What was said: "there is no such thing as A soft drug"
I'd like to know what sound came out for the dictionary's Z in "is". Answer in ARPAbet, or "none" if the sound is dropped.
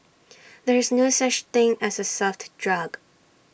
Z